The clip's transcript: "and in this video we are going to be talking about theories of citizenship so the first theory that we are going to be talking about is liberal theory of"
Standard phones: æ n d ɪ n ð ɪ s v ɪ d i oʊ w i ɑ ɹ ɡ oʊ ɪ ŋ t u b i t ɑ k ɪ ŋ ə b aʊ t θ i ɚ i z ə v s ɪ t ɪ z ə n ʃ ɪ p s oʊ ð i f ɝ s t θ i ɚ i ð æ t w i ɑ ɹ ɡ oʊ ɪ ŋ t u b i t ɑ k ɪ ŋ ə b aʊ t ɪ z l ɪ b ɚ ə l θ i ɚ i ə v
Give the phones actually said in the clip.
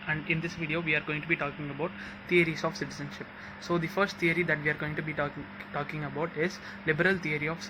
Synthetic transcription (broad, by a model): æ n d ɪ n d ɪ s v ɪ d i oʊ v i ɑ ɹ ɡ oʊ ɪ ŋ t u b i t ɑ k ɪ ŋ ə b aʊ t t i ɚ i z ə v s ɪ t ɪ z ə n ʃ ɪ p s oʊ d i f ɝ s t t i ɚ i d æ t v i ɑ ɹ ɡ oʊ ɪ ŋ t u b i t ɑ k ɪ ŋ ə b aʊ t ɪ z l ɪ b ɚ ə l t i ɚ i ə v